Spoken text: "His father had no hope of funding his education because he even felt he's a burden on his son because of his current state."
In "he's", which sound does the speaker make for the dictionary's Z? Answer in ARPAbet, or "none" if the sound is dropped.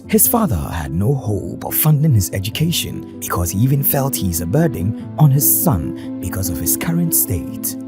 Z